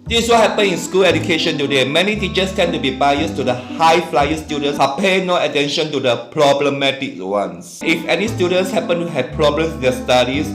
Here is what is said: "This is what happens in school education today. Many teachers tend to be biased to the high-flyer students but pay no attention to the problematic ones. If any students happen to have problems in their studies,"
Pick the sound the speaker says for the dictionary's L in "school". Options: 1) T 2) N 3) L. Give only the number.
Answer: 3